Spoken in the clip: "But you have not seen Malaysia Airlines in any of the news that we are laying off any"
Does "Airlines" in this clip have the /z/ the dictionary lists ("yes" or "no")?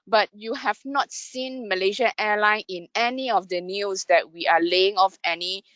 no